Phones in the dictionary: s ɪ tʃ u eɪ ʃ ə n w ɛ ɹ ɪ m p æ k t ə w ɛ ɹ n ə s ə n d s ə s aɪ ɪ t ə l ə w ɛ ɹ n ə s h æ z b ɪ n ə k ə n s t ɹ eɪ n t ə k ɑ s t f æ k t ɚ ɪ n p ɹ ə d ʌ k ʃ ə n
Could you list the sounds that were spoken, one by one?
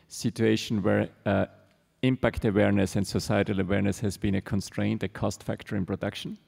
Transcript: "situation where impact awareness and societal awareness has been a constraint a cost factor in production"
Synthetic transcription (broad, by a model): s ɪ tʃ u eɪ ʃ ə n w ɛ ɹ ɪ m p æ k t ə w ɛ ɹ n ə s ə n d s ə s aɪ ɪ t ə l ə w ɛ ɹ n ə s h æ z b ɪ n ə k ə n s t ɹ eɪ n t ə k ɑ s t f æ k t ɚ ɪ n p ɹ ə d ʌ k ʃ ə n